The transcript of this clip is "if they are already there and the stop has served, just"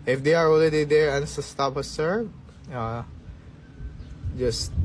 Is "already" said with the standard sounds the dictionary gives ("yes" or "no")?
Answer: no